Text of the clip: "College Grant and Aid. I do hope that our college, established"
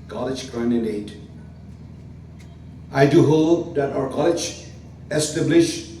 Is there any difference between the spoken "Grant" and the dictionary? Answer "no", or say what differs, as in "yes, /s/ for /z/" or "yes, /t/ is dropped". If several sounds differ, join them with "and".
yes, /t/ is dropped